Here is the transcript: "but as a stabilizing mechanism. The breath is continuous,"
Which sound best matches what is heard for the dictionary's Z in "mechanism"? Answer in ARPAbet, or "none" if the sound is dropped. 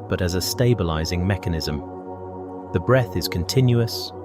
Z